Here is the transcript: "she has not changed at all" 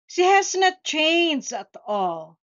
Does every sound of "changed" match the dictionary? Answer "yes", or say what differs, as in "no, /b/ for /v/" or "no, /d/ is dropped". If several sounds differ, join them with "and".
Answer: no, /d/ is dropped